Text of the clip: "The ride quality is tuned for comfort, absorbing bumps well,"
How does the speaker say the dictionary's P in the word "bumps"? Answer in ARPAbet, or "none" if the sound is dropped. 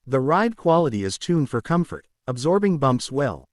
P